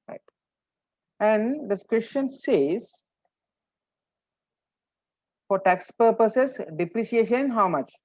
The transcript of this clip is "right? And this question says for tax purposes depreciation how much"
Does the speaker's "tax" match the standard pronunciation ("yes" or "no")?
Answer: yes